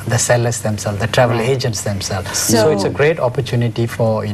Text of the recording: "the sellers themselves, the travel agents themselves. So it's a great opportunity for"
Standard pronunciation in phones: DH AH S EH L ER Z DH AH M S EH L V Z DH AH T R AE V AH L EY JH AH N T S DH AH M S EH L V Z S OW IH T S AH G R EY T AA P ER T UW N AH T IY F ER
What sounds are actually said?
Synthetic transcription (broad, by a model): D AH S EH L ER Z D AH M S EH L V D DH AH T R AE V AH L EY JH AH N T S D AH M S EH L S OW IH T S AH G R EY T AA P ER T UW N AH T IY F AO